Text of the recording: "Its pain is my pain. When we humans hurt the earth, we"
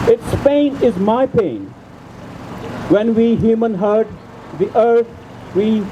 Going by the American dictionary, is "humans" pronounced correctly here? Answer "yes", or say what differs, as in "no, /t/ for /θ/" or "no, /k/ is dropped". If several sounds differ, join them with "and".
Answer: no, /z/ is dropped